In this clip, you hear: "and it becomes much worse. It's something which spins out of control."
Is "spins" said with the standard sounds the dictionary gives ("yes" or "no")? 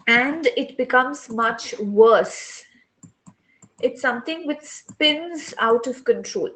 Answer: yes